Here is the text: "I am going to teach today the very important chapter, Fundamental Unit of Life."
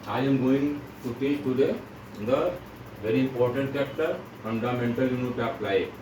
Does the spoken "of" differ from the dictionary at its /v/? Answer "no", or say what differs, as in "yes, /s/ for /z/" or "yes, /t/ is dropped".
yes, /p/ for /v/